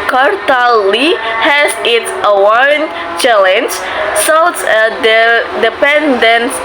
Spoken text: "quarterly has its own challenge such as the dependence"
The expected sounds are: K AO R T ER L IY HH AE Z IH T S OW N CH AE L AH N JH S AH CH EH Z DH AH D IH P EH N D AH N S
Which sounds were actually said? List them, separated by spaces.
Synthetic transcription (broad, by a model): K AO R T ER L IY HH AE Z IH T S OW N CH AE L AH N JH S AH S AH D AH D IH P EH N D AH N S